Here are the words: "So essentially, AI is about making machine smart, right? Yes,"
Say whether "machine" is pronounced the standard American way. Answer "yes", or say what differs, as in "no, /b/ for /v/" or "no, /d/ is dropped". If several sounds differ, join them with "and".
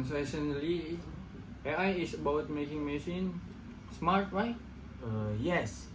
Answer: no, /s/ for /ʃ/